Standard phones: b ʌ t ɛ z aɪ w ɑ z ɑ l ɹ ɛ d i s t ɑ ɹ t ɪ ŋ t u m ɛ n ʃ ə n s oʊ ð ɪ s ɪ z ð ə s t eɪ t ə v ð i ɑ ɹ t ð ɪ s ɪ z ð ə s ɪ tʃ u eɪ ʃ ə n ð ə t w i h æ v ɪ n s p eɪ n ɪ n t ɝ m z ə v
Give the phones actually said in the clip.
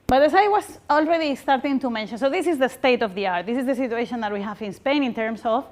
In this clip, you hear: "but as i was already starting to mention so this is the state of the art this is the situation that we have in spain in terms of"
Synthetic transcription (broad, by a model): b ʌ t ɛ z aɪ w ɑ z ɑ l ɹ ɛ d i s t ɑ ɹ t ɪ ŋ t u m ɛ n ʃ ə n s oʊ ð ɪ s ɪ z ð ə s t eɪ t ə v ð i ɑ ɹ t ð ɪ s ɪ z ð ə s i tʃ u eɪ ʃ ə n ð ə t w i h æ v ɪ n s p eɪ n ɪ n t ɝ m s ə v